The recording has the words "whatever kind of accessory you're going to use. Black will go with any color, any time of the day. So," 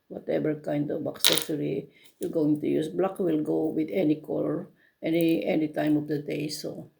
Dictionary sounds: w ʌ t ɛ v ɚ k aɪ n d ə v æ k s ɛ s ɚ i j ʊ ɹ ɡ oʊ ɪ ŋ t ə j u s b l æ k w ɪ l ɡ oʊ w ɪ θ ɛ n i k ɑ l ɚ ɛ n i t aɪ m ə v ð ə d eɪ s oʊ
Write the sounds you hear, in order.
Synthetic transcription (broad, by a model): w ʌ t ɛ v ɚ k aɪ n d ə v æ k s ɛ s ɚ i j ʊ ɡ oʊ ɪ ŋ t ə j u s b l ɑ k w ɪ l ɡ oʊ w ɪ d ɛ n i k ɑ n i ɛ n i t aɪ m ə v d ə d eɪ s oʊ